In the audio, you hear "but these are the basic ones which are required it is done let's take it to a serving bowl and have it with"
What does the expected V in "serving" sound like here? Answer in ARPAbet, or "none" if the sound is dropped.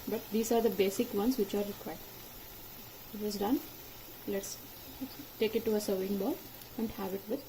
none